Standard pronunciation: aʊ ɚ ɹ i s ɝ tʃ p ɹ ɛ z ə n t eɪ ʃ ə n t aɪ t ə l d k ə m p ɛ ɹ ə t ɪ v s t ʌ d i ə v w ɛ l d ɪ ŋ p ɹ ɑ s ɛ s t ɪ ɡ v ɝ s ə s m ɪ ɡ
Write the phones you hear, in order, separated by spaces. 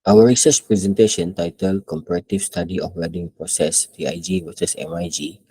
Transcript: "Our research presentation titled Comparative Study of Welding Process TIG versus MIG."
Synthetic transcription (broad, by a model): aʊ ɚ ɹ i s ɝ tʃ p ɹ ɛ z ə n t eɪ ʃ ə n t aɪ t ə l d k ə m p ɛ ɹ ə t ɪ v s t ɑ d i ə f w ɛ d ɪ ŋ p ɹ ɑ s ɛ s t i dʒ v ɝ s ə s m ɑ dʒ